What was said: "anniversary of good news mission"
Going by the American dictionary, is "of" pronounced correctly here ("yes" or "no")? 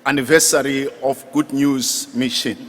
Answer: no